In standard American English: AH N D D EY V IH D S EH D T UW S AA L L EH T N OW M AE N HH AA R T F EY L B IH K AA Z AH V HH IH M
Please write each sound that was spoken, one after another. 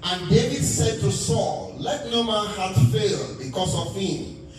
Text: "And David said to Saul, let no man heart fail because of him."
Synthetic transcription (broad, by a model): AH N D D EY V IH D S EH D T UW S AA L L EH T N OW M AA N HH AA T F EY L B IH K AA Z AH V HH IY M